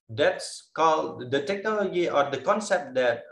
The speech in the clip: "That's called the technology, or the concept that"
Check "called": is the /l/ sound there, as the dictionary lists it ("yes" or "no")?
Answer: yes